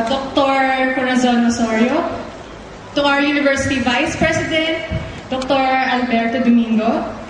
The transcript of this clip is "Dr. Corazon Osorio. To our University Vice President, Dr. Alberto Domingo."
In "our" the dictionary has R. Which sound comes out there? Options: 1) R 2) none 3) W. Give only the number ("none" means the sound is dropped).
3